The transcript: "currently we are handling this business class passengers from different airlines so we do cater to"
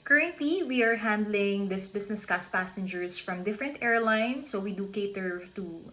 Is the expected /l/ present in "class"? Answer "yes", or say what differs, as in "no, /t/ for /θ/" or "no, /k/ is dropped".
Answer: no, /l/ is dropped